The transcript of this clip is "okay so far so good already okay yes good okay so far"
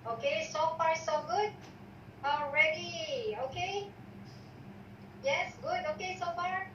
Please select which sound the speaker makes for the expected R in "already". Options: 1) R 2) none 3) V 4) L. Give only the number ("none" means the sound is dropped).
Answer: 1